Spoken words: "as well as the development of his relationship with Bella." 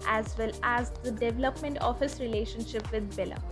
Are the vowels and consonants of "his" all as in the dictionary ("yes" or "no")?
no